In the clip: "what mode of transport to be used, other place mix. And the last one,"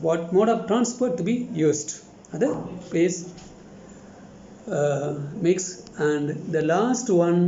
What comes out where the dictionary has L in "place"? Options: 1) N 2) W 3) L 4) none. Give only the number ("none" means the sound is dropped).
4